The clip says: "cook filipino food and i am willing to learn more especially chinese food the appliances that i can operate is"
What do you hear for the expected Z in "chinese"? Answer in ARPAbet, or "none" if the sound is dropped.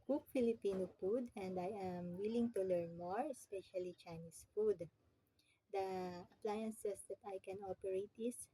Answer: S